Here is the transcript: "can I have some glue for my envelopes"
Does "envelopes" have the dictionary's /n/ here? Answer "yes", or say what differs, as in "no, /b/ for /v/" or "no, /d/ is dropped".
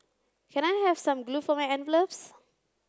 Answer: yes